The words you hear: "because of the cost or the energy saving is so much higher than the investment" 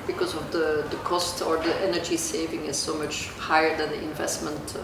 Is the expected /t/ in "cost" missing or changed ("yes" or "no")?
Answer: no